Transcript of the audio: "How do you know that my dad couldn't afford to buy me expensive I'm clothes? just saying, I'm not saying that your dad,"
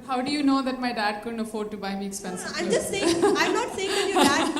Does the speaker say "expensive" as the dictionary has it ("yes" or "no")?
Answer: no